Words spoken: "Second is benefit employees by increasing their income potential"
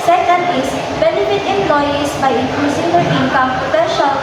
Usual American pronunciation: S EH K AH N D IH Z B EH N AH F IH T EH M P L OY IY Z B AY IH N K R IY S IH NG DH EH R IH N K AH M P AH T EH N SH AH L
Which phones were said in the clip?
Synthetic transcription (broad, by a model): S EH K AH N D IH S B EH N AH F IH T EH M P L OY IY S B AY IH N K L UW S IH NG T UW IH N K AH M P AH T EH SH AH